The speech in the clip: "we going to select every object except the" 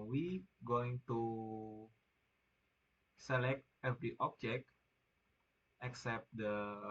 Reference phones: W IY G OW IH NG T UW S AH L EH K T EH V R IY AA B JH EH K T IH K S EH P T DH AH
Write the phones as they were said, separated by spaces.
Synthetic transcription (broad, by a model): W IY G OW IH NG T UW S AH L EH K T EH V R IY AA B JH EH K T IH K S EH P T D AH